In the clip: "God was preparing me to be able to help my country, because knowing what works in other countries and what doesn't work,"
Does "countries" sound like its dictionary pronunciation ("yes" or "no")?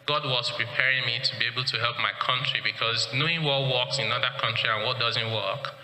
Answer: no